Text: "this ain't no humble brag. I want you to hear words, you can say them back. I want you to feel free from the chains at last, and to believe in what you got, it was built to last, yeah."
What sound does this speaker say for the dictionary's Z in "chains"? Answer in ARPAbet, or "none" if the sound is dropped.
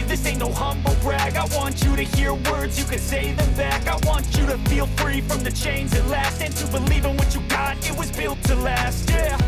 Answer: Z